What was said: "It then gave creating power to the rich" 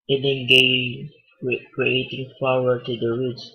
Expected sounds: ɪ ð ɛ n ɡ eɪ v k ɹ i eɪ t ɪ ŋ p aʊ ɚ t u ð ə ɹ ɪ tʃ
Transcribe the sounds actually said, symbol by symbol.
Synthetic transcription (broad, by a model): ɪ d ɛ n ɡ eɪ k ɹ i eɪ t ɪ ŋ f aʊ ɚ t u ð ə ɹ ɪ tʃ